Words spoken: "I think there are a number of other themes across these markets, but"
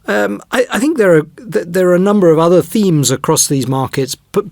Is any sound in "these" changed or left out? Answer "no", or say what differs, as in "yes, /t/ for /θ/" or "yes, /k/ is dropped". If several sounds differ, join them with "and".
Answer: no